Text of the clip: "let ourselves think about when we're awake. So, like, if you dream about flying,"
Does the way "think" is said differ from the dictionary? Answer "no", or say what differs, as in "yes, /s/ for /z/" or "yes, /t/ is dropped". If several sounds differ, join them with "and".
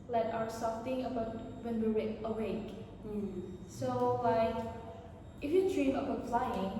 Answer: yes, /k/ is dropped